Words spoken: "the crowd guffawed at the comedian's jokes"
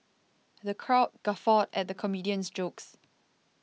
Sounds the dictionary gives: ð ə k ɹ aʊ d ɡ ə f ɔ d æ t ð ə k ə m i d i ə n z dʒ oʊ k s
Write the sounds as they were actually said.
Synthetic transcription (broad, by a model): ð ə k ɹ aʊ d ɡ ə f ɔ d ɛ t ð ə k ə m i d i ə n s dʒ oʊ k s